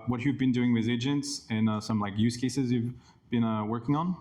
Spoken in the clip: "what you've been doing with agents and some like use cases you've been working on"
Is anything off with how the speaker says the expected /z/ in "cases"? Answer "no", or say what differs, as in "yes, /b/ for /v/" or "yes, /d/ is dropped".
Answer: no